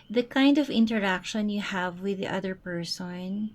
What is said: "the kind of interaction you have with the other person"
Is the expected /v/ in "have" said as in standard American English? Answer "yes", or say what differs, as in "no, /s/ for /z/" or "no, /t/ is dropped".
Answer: yes